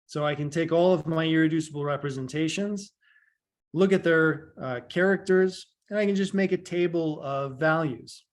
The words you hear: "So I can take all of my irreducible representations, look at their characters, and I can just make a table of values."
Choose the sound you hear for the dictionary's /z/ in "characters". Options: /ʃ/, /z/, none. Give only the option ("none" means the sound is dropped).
/z/